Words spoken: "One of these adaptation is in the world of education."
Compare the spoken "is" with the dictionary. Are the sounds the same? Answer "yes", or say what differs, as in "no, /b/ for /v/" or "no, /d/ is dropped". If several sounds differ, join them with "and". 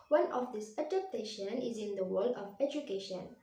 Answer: yes